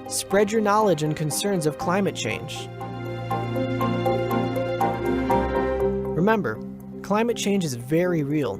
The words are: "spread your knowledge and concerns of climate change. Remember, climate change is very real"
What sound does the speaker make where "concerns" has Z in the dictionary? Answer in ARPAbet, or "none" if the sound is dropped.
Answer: Z